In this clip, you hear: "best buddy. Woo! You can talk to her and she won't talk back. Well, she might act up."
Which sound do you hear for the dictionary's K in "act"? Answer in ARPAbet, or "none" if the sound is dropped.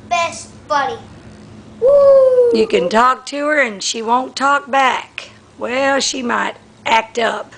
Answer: K